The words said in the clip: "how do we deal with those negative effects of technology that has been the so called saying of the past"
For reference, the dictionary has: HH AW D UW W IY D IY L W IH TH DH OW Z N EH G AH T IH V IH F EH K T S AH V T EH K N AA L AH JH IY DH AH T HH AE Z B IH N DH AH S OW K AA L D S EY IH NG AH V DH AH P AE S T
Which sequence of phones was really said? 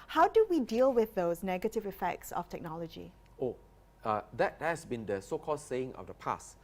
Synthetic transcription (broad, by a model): HH AW D UW W IY D IY L W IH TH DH OW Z N EH G AH T IH V IH F EH K T S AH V T EH K N AA L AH JH IY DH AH T HH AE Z B IH N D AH S OW K AA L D S EY IH NG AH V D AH P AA S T